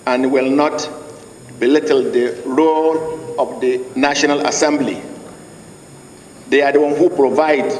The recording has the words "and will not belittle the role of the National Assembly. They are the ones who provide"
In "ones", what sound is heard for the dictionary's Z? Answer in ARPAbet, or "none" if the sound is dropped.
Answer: none